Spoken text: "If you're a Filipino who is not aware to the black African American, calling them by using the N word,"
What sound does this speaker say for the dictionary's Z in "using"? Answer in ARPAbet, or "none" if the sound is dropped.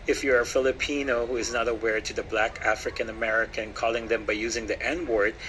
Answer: Z